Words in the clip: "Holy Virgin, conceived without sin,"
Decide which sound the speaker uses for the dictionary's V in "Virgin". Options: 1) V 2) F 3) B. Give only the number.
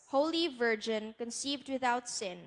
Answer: 1